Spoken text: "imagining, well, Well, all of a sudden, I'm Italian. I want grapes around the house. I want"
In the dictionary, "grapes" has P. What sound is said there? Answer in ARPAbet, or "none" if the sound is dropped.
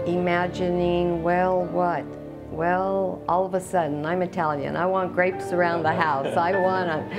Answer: P